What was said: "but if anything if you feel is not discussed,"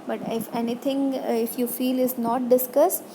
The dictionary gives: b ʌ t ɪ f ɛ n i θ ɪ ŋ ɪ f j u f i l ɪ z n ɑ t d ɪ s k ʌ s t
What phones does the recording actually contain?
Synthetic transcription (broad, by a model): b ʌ t ɪ f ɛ n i t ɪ ŋ ɪ f j u f i l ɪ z n ɑ t d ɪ s k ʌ s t